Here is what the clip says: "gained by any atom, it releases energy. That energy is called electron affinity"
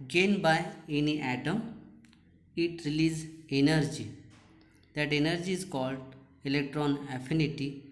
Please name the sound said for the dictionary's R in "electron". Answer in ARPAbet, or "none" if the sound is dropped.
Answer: R